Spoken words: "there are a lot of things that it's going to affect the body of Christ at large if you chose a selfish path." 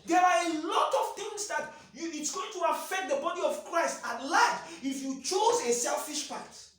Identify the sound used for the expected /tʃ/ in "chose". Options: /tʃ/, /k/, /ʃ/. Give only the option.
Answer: /tʃ/